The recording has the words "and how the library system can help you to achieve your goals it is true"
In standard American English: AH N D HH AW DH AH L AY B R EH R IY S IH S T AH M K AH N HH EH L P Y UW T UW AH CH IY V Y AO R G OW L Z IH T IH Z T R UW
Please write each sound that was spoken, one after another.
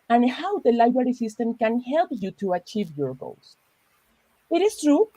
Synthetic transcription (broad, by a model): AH N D HH AW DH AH L AY B R EH R IY S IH S T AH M K AH N HH EH L P Y UW T UW AH CH IY V Y AO R G OW L S IH T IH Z T R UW